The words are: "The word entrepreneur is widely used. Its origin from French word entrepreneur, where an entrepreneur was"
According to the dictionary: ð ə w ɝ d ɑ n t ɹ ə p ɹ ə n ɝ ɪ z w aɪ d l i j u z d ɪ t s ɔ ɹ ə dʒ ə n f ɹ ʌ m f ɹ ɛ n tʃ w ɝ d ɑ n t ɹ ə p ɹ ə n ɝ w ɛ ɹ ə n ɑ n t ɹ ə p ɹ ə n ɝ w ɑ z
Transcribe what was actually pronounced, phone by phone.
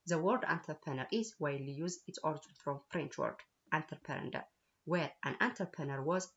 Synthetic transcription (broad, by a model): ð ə w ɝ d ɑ n t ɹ p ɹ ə n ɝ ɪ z w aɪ l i j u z ɪ t s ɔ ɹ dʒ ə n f ɹ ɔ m f ɹ ɛ n tʃ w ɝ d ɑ n t ɹ p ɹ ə n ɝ w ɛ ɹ ə n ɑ n t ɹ p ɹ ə n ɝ w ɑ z